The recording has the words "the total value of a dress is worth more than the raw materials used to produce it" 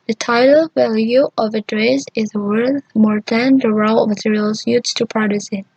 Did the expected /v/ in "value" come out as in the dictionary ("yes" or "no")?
yes